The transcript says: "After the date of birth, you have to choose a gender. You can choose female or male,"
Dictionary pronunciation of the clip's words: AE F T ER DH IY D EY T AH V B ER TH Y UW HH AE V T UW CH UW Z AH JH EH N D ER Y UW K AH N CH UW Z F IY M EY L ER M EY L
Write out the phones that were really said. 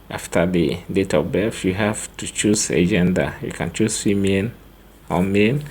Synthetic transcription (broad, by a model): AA F T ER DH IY D EY T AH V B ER F Y UW HH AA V T UW CH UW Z AH JH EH N D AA Y UW K AH N CH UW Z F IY M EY N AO M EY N